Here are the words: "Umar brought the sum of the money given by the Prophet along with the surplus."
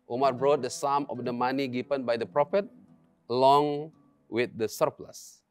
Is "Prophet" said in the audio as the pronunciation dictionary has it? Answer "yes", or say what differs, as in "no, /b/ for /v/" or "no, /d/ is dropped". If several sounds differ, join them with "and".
yes